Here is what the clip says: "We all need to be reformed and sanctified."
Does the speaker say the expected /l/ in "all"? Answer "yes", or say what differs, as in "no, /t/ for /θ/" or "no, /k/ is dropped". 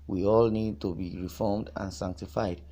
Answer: yes